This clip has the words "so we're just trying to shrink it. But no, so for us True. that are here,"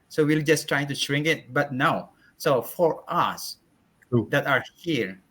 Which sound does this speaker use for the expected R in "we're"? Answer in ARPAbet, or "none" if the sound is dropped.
L